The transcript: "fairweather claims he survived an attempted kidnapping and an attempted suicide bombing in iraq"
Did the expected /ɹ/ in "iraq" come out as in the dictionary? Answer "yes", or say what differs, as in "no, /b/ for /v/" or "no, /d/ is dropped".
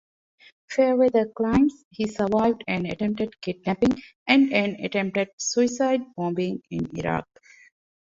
yes